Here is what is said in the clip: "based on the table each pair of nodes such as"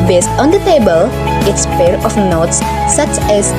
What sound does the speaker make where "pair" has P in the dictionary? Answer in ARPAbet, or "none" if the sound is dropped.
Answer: P